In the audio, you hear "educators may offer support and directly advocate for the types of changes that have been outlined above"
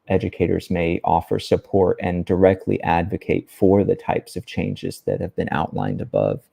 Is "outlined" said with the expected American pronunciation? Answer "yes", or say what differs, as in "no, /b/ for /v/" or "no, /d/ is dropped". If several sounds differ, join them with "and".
yes